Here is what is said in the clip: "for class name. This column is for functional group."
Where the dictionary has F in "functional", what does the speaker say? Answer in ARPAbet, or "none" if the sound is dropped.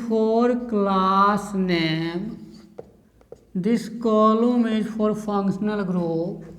P